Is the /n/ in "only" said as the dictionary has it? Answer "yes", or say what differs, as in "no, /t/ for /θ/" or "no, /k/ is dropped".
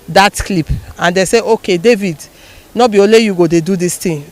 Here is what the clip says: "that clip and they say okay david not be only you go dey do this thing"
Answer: no, /n/ is dropped